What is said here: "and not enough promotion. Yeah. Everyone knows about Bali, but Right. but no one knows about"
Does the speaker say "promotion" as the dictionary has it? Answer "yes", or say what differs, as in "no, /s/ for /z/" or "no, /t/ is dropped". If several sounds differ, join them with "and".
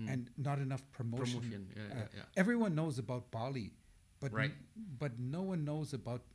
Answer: no, /ʃ/ is dropped